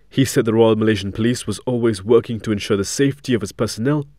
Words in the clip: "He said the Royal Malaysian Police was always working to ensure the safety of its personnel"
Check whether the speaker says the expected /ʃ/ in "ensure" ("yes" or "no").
yes